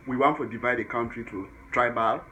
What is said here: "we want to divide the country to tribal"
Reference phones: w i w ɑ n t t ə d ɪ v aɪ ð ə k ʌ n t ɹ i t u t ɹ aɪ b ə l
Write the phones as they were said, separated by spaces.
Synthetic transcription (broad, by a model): w i w ɑ n t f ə d ɪ v aɪ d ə k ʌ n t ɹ i t u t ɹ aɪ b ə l